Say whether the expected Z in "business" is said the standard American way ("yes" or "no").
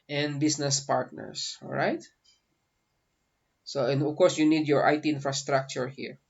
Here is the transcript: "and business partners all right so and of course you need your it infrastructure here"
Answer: no